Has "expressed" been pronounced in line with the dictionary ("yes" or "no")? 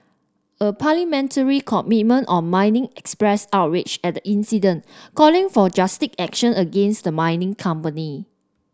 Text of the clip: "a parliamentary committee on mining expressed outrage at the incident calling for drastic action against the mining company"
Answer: no